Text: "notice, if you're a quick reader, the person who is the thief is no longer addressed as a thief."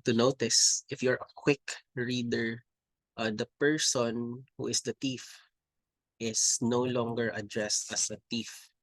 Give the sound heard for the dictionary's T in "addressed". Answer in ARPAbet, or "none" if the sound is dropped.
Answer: T